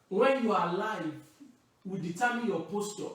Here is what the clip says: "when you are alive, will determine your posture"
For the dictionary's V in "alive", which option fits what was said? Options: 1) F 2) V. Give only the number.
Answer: 2